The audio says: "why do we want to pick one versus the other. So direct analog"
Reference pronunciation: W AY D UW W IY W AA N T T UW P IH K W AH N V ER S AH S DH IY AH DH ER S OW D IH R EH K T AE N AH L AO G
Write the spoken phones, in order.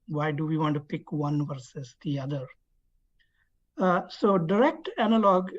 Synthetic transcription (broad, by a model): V AY D UW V IY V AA N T T UW P IH K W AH N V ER S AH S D IY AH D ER S OW D IH R EH K T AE N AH L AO G